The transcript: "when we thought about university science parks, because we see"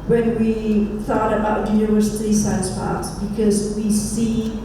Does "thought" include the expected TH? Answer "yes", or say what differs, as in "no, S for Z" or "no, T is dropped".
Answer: yes